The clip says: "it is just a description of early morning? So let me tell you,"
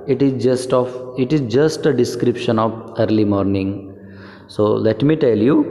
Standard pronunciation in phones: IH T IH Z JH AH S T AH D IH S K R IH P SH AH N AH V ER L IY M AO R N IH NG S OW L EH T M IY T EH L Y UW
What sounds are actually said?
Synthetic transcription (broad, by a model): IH T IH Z JH AH S T AH D IH S K R IH P SH AH N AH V ER L IY M AO R N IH NG S OW L EH T M IY T EH L Y UW